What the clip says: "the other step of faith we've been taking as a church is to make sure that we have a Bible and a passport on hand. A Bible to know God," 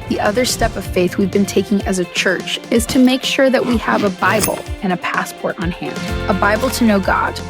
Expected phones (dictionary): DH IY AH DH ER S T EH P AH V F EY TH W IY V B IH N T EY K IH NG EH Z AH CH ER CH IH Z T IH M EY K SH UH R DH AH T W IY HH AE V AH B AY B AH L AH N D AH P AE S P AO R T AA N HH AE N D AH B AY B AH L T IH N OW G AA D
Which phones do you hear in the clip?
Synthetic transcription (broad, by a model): DH IY AH DH ER S T EH P AH V F EY TH W IY V B IH N T EY K IH NG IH Z AH CH ER CH IH Z T IH M EY K SH UH R DH AH T W IY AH V AH B AY B L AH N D AH P AE S P AO R T N HH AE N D AH B AY B L T IH N OW G AA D